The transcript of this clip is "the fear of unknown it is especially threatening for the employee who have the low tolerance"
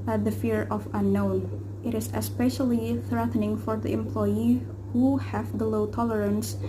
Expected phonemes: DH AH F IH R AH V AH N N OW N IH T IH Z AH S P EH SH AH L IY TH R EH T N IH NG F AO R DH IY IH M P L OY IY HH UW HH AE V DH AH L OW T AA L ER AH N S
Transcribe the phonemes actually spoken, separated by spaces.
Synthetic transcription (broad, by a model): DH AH F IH R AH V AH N N OW N IH T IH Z AH S P EH SH AH L IY TH R EH T N IH NG F AO R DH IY IH M P L OY IY HH UW HH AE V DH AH L OW T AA L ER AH N S